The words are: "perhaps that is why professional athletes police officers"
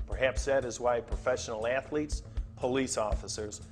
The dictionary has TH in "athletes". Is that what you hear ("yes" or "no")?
yes